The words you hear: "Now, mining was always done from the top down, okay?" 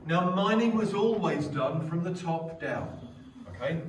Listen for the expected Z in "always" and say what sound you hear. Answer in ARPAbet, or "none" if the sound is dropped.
Z